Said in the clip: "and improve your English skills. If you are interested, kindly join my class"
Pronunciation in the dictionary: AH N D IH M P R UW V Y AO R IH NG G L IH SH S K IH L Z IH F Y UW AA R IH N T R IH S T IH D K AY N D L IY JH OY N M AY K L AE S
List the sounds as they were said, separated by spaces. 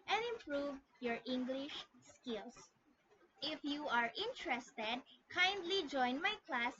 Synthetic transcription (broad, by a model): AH N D IH M P R UW V Y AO R IH NG G L IH SH S K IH L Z IH F Y UW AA R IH N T R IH S T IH D K AY N D L IY JH OY N M AY K L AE S